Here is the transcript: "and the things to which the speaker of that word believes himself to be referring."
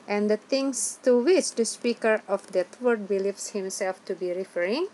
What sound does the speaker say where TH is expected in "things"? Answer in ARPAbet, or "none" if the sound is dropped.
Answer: T